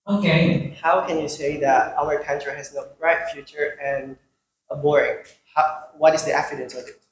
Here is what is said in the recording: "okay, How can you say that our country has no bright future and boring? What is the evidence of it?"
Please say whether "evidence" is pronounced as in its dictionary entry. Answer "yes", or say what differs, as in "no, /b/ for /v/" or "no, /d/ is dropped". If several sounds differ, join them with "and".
no, /f/ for /v/